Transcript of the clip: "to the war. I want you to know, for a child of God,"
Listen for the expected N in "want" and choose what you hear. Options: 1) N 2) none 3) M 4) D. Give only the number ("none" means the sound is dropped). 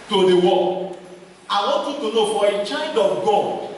2